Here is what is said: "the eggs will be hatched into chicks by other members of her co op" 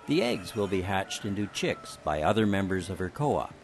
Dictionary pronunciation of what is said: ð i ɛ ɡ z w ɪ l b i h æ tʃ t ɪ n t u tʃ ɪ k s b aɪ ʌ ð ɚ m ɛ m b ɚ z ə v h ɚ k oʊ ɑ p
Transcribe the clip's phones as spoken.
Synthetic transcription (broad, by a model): ð i ɛ ɡ z w ɪ l b i h æ tʃ t ɪ n t u tʃ ɪ k s b aɪ ʌ ð ɚ m ɛ m b ɚ z ə v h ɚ k oʊ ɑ